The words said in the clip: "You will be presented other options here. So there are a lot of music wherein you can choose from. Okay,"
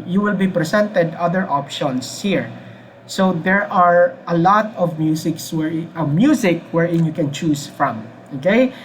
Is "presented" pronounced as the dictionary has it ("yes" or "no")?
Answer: no